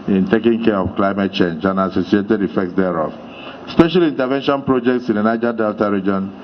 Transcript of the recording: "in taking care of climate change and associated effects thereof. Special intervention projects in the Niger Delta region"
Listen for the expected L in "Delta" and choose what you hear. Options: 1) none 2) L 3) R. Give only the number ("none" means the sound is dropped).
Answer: 2